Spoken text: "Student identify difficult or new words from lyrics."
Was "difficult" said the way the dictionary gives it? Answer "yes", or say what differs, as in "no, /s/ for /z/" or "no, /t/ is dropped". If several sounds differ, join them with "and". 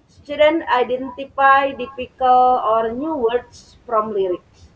no, /t/ is dropped